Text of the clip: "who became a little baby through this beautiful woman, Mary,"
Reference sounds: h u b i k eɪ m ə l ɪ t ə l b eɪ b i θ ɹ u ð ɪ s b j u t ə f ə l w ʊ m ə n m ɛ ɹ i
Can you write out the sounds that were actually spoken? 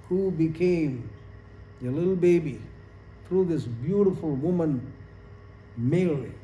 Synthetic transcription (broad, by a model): h u b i k eɪ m ə l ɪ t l b eɪ b i θ ɹ u ð ɪ s b j u t ə f ə l w ʊ m ə n m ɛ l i